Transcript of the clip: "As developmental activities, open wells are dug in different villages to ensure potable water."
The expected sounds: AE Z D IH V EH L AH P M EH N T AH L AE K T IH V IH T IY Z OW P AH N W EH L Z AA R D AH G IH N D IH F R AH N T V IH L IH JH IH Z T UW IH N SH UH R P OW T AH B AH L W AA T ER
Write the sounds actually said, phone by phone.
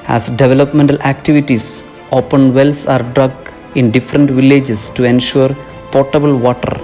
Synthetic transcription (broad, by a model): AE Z D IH V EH L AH P M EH N T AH L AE K T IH V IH T IY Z OW P AH N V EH L S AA R D AH G IH N D IH F R AH N T V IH L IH JH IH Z T UW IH N SH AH R P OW T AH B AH L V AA T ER